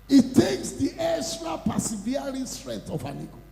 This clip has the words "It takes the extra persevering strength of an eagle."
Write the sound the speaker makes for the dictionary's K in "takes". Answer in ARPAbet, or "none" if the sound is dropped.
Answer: K